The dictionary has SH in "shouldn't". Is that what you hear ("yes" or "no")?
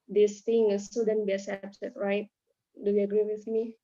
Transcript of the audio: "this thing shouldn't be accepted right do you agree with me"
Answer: no